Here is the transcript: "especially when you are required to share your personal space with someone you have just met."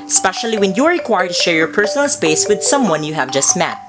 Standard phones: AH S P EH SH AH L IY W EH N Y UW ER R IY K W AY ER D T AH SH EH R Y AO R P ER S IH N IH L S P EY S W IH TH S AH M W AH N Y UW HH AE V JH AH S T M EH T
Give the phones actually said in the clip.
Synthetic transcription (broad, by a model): S P EH SH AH L IY W EH N Y UW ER R IY K W AY ER D T AH SH EH R Y AO R P ER S IH N IH L S P EY S W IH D S AH M W AH N Y UW HH AE V JH AH S T M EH T